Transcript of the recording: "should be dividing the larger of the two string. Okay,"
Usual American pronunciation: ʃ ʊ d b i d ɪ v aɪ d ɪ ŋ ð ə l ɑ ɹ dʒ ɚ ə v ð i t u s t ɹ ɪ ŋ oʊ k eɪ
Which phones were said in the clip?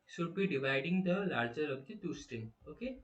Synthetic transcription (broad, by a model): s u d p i d ɪ v aɪ d ɪ ŋ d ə l ɑ ɹ dʒ ɚ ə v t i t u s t ɛ oʊ k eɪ